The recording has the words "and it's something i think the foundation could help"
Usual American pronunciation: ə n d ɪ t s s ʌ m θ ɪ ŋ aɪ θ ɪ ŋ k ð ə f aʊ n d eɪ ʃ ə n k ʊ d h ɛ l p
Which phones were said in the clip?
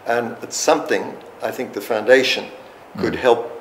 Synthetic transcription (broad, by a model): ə n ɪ t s s ʌ m θ ɪ ŋ aɪ θ ɪ ŋ k ð ə f aʊ n d eɪ ʃ ə n k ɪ d h ɛ l p